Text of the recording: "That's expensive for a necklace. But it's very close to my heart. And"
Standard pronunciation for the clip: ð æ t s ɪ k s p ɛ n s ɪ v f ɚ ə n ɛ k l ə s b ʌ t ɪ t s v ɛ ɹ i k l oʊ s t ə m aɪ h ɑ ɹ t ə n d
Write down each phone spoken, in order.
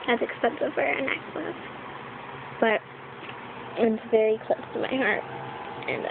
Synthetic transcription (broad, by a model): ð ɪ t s ɪ k s p ɛ n s ɪ v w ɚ n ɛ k w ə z b ʌ t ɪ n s v ɛ ɹ i k l oʊ s t ə m aɪ h ɑ ɹ t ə n